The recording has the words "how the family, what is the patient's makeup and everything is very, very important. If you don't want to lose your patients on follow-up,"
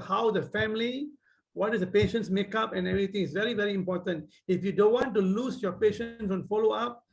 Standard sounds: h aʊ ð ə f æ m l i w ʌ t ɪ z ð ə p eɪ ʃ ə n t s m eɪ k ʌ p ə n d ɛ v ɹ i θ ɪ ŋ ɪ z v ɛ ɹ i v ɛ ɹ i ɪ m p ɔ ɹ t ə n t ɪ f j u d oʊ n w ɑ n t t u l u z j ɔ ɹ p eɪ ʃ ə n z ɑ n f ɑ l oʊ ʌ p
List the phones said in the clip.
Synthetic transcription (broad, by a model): h aʊ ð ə f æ m l i w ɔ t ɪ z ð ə p eɪ ʃ ə n t s m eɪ k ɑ p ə n ɛ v ɹ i t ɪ ŋ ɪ s v ɛ ɹ i v ɛ ɹ i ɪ m p ɔ t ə n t ɪ f j u d oʊ n w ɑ n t t u l u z j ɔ p eɪ ʃ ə n s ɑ n f ɑ l oʊ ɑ p